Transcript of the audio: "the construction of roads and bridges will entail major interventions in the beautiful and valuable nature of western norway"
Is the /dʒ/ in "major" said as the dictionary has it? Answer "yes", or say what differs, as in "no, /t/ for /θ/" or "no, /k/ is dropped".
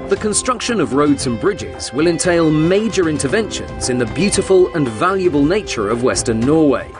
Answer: yes